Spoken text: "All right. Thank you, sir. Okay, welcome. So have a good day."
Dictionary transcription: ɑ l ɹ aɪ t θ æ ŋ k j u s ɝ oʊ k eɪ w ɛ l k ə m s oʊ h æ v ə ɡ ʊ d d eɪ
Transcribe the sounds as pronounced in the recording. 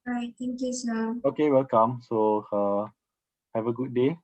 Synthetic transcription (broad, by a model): ɹ aɪ t t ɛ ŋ k j u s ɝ oʊ k eɪ w ɛ l k ə m s oʊ h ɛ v ə ɡ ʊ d d eɪ